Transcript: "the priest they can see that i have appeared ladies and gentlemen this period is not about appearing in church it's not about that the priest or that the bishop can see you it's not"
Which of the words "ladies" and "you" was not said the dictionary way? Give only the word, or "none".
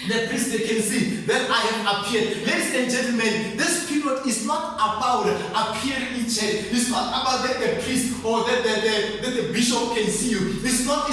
ladies